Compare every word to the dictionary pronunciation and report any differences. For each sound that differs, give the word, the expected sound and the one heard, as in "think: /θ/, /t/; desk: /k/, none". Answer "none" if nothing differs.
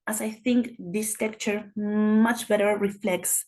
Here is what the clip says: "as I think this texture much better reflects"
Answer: texture: /s/, none